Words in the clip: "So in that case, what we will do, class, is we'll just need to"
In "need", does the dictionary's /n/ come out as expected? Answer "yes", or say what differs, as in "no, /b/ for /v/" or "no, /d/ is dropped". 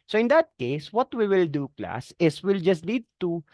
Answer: no, /l/ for /n/